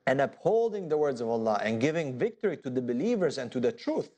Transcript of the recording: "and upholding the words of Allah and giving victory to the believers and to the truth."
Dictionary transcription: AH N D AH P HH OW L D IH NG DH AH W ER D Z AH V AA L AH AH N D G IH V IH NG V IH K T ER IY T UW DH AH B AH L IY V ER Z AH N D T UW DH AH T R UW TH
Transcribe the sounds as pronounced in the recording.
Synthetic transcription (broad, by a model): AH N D AH P HH OW L D IH NG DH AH W ER D Z AH V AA L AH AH N G IH V IH NG V IH K T ER IY T UW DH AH B AH L IY V ER Z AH N T UW DH AH T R UW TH